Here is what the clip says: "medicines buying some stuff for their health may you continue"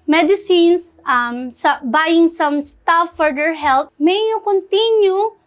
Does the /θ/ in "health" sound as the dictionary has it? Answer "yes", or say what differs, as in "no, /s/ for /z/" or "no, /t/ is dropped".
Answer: no, /t/ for /θ/